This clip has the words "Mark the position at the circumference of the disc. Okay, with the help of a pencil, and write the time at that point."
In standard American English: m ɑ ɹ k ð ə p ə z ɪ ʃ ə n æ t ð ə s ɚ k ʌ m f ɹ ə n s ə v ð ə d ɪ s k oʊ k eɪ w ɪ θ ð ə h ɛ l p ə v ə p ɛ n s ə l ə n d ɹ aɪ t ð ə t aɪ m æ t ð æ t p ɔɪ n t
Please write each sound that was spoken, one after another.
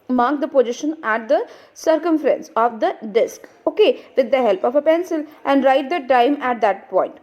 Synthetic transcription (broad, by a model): m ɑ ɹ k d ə p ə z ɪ ʃ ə n æ t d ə s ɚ k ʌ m f ɹ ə n s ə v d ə d ɪ s k oʊ k eɪ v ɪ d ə h ɛ l p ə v ə p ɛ n s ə l ə n d ɹ aɪ t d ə t aɪ m æ t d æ t p ɔɪ n t